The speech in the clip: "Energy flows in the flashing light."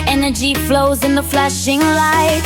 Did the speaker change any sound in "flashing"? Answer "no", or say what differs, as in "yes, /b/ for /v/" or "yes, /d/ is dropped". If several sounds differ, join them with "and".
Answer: no